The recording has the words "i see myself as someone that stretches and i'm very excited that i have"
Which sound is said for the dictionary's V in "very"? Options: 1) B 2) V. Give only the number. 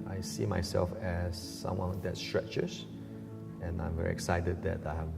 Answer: 2